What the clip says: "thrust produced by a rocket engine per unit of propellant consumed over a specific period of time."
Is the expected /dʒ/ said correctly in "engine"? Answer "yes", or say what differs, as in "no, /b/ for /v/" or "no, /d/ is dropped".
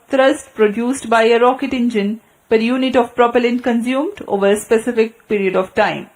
yes